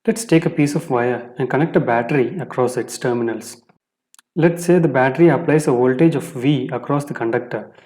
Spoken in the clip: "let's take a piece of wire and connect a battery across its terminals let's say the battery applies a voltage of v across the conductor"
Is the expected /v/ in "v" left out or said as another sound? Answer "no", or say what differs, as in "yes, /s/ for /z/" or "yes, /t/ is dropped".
no